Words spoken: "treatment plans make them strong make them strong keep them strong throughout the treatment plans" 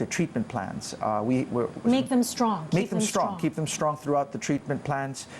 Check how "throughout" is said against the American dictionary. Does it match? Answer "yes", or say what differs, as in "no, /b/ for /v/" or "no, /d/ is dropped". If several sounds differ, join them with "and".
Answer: yes